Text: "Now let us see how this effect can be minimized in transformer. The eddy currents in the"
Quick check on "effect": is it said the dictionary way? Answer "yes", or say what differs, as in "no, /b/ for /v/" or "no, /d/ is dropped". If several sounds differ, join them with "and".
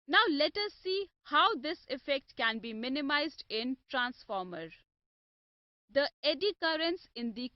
yes